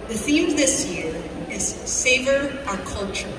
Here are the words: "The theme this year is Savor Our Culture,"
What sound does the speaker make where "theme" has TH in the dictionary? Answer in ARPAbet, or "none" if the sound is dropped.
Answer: TH